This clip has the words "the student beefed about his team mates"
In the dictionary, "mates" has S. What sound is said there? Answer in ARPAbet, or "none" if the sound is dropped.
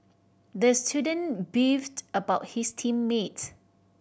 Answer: none